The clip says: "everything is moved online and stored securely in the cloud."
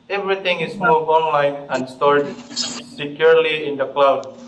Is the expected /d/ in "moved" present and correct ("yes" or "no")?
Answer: no